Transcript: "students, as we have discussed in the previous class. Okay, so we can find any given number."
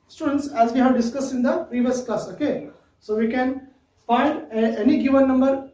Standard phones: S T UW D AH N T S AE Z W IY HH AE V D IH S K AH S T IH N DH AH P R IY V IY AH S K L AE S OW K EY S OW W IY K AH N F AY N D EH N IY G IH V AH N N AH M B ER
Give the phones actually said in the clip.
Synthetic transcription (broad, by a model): S T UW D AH N T S AE Z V IY HH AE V D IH S K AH S IH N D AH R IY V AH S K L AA S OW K EY S OW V IY K AH N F AY D EH N IY G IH V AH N N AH M B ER